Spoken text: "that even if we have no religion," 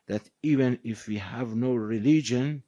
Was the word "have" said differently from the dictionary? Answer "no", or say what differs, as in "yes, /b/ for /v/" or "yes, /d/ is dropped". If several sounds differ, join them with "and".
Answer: no